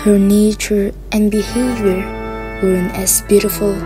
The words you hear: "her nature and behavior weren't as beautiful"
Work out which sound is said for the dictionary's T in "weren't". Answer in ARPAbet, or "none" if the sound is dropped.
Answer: none